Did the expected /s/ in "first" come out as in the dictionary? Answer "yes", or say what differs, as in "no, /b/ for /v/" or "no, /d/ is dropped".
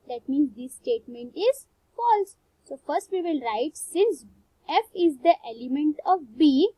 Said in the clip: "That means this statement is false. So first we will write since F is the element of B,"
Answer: yes